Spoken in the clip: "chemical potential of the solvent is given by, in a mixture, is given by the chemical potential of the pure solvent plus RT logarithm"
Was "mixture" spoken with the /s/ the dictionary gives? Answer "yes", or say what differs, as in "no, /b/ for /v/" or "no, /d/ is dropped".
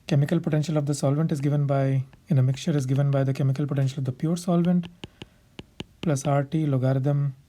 no, /s/ is dropped